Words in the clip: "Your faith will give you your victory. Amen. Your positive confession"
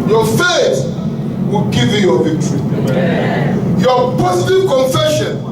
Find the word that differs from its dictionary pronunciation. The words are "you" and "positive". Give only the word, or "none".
positive